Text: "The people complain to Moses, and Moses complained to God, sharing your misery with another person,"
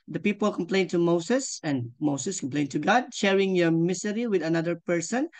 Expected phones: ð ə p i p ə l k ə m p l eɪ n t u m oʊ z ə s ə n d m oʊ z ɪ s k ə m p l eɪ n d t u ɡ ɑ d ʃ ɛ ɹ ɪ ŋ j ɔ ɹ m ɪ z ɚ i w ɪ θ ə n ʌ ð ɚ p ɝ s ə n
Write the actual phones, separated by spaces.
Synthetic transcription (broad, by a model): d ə p i p ə l k ə m p l eɪ n t u m oʊ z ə s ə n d m oʊ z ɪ s k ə m p l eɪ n t u ɡ ɑ d ʃ ɛ ɹ ɪ ŋ j ɔ ɹ m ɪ s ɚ i w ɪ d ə n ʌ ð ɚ p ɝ s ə n